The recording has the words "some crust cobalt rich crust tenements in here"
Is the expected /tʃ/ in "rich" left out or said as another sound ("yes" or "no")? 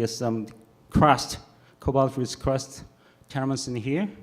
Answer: yes